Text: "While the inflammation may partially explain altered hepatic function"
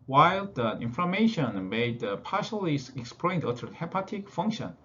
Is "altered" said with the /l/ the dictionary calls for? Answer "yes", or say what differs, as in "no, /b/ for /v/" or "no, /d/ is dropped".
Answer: no, /l/ is dropped